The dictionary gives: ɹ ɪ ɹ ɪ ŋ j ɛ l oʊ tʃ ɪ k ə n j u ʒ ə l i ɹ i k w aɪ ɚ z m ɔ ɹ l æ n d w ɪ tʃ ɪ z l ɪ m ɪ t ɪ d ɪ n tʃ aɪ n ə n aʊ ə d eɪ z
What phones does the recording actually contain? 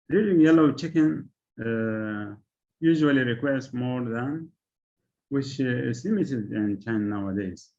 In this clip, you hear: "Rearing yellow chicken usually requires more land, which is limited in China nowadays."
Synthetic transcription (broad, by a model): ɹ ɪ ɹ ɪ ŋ j ɛ l oʊ tʃ ɪ k ə n j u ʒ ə l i ɹ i k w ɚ s m ɔ ɹ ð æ n w ɪ tʃ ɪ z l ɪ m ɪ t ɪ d ɪ n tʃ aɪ ə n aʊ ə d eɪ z